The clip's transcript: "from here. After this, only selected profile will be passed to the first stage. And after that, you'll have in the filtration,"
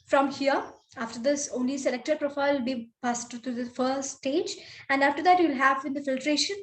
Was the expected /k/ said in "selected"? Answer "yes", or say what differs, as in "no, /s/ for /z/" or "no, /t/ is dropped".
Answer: yes